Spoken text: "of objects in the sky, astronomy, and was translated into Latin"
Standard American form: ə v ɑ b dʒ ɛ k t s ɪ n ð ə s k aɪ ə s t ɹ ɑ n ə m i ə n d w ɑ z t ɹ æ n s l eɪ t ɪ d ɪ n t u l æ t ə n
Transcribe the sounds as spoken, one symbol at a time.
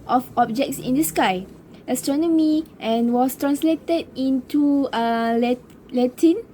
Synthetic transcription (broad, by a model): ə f ɑ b dʒ ɛ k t s ɪ n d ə s k aɪ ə s t ɹ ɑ n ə m i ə n w ɑ s t ɹ æ n s l eɪ t ɪ d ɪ n t u l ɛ t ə n